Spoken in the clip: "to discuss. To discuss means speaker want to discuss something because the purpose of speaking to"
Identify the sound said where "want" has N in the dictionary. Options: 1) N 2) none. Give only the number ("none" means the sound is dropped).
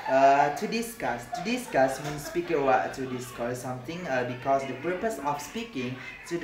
2